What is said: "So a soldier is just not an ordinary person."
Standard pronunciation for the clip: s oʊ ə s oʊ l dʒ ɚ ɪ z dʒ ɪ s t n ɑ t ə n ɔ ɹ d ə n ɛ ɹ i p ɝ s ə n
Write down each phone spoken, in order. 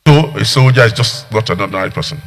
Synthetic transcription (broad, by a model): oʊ ə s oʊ w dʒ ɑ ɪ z dʒ ɪ s t n ɑ t ə n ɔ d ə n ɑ i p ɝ s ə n